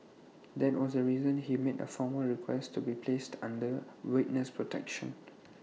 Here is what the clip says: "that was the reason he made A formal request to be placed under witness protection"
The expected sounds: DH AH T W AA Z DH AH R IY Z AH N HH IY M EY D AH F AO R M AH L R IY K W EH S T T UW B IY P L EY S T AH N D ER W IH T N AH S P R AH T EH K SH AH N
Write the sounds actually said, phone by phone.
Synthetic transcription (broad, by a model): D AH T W AA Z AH R IY Z AH N HH IY M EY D AH F AO M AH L R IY K W EH S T T UW B IY P L EY S T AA N D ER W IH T N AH S P R AH T EH K SH AH N